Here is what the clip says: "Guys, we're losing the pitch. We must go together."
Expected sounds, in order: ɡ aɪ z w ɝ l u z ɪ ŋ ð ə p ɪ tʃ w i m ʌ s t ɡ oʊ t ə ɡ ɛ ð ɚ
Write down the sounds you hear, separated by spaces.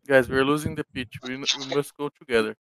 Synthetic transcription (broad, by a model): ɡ aɪ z w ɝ l u z ɪ ŋ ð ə p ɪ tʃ w i m ʌ s t ɡ oʊ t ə ɡ ɛ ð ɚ